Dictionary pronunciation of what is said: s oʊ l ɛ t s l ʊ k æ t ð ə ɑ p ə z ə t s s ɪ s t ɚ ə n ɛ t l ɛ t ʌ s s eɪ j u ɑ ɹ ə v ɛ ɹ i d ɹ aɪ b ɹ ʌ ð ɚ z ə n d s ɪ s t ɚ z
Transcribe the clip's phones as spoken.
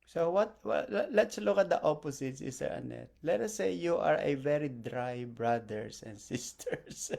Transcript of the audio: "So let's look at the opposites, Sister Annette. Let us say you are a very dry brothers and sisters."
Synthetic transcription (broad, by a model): s oʊ l ɛ t s l ʊ k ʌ t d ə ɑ p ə s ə t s s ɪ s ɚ ə n ɛ t l ɛ t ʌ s s eɪ j u ɑ ɹ ə v ɛ ɹ i d ɹ aɪ b ɹ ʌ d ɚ s ə n d s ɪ s t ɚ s